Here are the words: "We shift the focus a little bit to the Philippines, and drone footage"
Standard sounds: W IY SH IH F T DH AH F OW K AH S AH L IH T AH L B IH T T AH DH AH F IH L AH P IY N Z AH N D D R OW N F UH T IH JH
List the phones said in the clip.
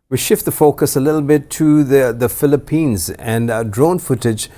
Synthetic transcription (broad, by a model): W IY SH IH F T DH AH F OW K AH S AH L IH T L B IH T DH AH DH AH F IH L AH P IY N Z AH N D D R OW N F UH T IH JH